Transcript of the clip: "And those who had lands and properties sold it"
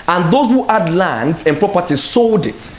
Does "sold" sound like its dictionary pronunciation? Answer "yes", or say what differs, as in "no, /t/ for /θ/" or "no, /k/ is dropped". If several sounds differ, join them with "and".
yes